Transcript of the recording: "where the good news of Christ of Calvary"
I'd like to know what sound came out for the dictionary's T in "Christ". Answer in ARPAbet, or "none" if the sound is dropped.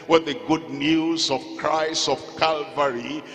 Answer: none